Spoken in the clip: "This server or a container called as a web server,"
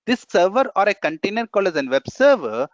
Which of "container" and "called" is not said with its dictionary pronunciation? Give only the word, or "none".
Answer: called